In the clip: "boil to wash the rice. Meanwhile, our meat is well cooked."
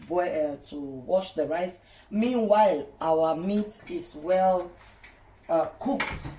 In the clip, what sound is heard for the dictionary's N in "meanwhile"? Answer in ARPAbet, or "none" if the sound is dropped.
N